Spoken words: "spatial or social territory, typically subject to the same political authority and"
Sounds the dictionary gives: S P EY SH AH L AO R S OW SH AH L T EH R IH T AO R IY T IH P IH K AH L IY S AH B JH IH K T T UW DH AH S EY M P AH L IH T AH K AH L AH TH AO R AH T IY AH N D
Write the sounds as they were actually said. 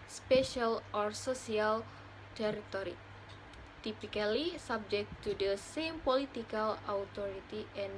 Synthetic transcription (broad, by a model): S P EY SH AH L AO R S OW S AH L T EH R IH T AO R IY T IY P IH K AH L IY S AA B JH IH K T T UW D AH S EY M P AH L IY T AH K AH L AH T AO R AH T IY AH N